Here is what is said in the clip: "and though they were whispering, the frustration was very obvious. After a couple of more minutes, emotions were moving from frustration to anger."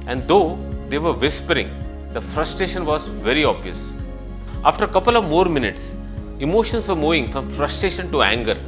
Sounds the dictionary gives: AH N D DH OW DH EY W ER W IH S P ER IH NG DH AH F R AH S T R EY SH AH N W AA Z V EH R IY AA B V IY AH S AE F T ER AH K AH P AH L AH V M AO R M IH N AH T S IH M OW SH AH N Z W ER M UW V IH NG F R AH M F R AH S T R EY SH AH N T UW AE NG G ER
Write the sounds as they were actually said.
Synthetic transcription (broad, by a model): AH N D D OW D EY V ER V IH S P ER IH NG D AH F R AH S T R EY SH AH N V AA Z V EH R IY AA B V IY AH S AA F T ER K AH P AH L AH V M AO R M IH N AH T S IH M OW SH AH N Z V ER M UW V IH NG F R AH M F R AH S T R EY SH AH N T UW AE NG G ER